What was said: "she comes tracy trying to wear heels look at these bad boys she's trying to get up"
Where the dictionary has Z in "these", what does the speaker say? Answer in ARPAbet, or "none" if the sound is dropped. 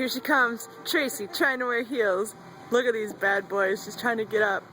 Z